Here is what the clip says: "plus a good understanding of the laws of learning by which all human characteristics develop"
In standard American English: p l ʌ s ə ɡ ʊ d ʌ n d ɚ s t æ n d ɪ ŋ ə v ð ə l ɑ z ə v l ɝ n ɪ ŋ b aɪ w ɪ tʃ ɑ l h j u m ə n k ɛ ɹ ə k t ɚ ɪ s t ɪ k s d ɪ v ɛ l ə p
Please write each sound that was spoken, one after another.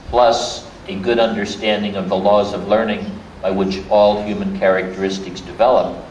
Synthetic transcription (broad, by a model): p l ʌ s ə ɡ ʊ d ʌ n d ɚ s t æ n d ɪ ŋ ə v ð ə l ɑ z ə v l ɝ n ɪ ŋ b aɪ w ɪ tʃ ɑ l h j u m ə n k ɛ ɹ ə k t ɚ ɪ s t ɪ k s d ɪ v ɛ l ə p